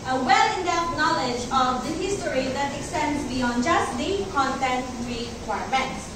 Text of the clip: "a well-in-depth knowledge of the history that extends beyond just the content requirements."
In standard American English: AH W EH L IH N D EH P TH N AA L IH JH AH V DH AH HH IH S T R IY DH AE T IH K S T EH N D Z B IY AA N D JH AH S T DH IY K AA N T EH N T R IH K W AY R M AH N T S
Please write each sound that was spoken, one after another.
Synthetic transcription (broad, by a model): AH W EH L IH N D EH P T N AA L IH JH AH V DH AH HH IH S T R IY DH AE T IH K S T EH N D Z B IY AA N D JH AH S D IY K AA N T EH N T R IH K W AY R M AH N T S